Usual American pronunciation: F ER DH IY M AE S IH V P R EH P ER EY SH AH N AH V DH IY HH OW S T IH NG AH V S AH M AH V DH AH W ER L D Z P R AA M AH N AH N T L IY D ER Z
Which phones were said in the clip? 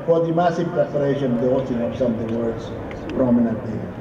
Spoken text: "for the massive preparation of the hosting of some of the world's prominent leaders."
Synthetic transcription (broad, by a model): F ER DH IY M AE S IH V P R EH P ER EY SH AH N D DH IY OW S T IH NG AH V S AH M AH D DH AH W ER D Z P R AA M AH N AH N T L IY